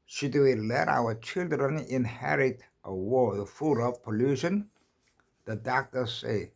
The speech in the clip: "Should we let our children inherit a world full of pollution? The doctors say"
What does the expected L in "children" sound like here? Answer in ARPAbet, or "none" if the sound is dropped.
L